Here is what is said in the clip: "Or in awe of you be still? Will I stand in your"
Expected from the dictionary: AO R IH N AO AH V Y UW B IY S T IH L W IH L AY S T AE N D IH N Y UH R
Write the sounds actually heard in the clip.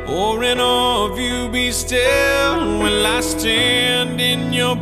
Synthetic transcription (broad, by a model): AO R IH N AO AH V Y UW B IY S T IH L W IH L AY S T AE N D IH N Y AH R